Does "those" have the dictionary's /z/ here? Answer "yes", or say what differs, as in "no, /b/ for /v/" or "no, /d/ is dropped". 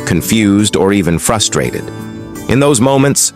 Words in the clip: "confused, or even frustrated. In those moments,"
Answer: yes